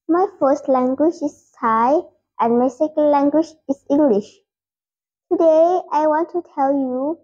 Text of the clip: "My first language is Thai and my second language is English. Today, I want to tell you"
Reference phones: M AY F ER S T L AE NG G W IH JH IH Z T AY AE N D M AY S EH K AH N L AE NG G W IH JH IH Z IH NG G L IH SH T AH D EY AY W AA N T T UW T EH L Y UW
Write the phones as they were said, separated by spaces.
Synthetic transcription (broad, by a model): M AY F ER S T L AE NG G W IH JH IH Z AY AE N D M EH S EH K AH L L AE NG G W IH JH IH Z IH NG G L IH SH T AH D EY AY W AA N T T UW T EH L Y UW